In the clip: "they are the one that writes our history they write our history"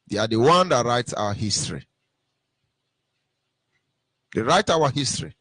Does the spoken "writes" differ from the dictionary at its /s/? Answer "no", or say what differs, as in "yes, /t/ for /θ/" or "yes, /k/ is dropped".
no